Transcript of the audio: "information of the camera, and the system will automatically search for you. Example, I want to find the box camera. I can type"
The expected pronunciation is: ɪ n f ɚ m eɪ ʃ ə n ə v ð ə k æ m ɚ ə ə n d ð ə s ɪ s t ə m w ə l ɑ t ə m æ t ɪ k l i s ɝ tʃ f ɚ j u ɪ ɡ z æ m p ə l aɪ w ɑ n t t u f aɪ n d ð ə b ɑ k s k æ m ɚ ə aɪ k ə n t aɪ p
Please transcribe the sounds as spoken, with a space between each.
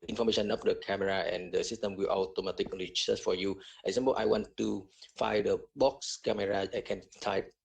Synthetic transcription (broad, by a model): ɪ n f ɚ m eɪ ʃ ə n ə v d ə k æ m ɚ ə ə n d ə s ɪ s t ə m w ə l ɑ t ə m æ t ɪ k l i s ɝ s f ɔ j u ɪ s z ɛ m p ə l aɪ w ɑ n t t u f aɪ d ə b ɑ k s k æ m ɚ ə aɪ k ə n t aɪ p